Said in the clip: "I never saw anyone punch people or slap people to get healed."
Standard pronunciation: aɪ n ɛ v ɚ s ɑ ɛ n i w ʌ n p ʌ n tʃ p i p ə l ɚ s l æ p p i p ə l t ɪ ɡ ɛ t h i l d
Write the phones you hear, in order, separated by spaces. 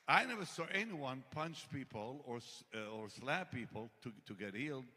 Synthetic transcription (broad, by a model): aɪ n ɛ v ɚ s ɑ ɛ n i w ʌ n p ʌ n tʃ p i p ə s ɚ s l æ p p i p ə l t ɪ ɡ ɛ t h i l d